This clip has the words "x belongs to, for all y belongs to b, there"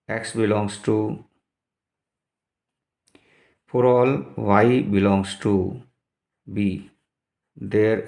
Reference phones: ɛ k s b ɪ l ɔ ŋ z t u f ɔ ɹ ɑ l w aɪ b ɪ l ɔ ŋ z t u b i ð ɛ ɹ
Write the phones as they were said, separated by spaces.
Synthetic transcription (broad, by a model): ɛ k s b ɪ l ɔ ŋ s t u p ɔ ɹ ɑ l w aɪ b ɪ l ɔ ŋ s t u b i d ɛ ɹ